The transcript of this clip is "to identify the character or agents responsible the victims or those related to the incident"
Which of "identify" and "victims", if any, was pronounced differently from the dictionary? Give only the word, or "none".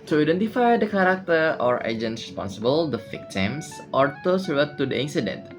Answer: victims